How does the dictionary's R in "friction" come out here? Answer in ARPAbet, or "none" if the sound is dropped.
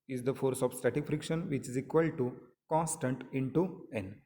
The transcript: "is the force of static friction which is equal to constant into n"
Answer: R